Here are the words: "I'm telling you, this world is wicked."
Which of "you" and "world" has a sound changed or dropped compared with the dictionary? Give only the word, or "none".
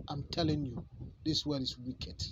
world